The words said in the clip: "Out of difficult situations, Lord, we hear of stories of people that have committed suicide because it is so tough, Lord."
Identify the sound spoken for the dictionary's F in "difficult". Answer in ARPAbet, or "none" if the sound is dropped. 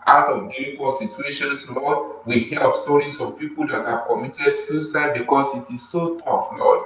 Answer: none